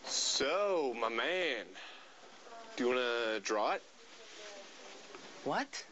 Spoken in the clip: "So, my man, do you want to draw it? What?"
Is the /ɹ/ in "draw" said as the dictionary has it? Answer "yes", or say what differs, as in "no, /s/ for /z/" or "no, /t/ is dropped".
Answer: yes